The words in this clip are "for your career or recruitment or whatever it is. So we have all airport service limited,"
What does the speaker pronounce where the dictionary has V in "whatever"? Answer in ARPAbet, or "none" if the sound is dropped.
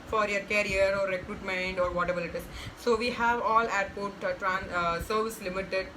B